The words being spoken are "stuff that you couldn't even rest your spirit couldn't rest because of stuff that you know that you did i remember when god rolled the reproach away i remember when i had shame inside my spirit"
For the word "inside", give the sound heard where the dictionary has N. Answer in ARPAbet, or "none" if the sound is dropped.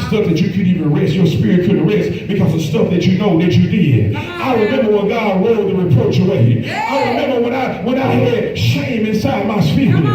N